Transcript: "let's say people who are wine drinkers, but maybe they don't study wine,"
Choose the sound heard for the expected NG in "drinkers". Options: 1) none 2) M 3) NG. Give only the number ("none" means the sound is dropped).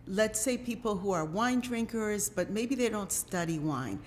3